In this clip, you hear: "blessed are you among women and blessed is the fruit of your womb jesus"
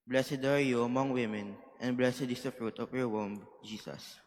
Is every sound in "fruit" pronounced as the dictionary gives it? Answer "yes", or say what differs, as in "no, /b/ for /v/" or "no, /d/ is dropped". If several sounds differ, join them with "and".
yes